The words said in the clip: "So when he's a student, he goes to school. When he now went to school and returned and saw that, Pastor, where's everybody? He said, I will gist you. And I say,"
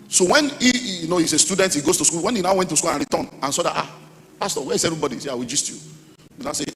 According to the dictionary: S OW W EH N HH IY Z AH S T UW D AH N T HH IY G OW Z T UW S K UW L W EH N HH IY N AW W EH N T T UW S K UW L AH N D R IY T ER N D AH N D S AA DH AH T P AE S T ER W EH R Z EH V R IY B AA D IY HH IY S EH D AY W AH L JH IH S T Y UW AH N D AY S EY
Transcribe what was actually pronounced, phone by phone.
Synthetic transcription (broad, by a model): S OW W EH N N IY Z AH S T UW D AH N T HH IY G OW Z T UW S K UW L W EH N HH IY N AW W EH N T T UW S K UW L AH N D R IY T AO N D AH N S AA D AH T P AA S T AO W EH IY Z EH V R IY B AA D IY IY S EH AY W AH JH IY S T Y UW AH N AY S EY